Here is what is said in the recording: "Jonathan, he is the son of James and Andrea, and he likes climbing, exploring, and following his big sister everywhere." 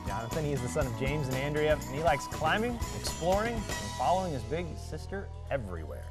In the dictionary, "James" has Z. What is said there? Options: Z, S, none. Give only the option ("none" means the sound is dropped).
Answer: Z